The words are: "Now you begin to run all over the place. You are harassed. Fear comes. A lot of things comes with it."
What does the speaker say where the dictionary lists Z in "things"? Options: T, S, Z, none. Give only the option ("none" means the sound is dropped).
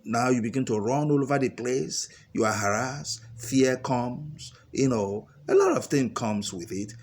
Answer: none